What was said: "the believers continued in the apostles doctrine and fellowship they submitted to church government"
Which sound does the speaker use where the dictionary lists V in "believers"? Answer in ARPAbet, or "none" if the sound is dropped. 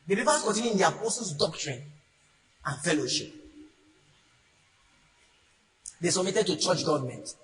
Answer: P